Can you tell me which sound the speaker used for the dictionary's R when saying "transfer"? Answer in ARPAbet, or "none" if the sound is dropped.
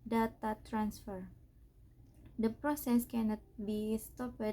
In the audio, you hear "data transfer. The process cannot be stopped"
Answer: R